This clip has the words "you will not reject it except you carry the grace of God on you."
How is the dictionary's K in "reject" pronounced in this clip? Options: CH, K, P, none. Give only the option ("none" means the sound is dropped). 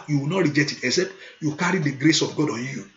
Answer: none